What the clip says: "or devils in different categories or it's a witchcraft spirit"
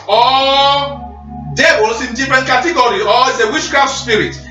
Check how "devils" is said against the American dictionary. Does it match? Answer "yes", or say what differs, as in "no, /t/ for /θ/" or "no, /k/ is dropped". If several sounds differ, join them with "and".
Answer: no, /b/ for /v/